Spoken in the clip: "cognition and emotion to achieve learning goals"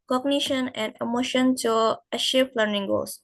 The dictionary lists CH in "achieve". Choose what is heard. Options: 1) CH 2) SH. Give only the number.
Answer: 2